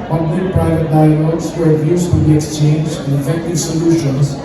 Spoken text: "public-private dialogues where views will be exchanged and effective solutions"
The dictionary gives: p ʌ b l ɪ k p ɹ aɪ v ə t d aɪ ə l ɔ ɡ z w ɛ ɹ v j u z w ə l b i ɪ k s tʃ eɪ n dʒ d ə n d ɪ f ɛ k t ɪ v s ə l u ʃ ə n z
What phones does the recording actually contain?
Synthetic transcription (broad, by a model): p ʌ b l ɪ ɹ p ɹ aɪ v ə t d aɪ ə n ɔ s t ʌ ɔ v j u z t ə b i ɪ k s tʃ eɪ n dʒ ə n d ɪ f ɛ k t ɪ v s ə l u ʃ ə n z